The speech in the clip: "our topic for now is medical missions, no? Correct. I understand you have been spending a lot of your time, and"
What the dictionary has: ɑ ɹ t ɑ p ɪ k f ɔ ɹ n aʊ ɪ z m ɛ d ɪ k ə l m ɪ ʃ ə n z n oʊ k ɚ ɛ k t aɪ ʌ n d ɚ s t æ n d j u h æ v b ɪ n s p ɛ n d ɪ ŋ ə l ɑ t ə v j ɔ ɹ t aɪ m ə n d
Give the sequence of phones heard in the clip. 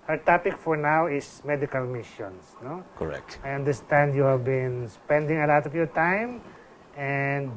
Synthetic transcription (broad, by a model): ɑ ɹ t ɑ p ɪ k f ɔ ɹ n aʊ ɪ s m ɛ d ɪ k ə l m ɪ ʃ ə n s n oʊ k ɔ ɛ k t aɪ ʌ n d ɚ s t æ n d j u h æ v b ɪ n s p ɛ n d ɪ ŋ ə l ɑ t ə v j ɔ ɹ t aɪ m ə n d